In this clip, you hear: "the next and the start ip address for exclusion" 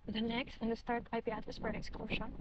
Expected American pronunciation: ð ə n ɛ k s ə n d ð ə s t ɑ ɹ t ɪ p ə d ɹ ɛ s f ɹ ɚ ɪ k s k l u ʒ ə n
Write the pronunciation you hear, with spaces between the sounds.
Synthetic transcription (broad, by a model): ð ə n ɛ k s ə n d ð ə s t ɑ ɹ t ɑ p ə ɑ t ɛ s p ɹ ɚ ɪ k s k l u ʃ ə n